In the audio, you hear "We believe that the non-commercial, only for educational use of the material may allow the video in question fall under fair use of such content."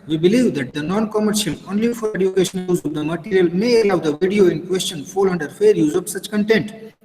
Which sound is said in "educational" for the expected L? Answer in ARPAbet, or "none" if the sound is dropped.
N